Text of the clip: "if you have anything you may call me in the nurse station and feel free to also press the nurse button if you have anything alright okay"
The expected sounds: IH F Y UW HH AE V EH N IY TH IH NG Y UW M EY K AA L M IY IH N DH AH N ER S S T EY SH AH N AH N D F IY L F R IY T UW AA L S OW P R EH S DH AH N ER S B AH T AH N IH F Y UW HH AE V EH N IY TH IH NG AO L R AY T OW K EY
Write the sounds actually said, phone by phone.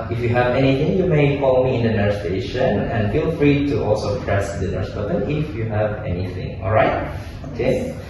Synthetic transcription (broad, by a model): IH F Y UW HH AE V EH N IY TH IH NG Y UW M EY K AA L M IY IH N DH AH N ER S S T EY SH AH N AH N D F IY L F R IY T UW AA L S OW P R EH S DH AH N ER S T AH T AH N IH F Y UW HH AE V EH N IY TH IH NG AO L R AY T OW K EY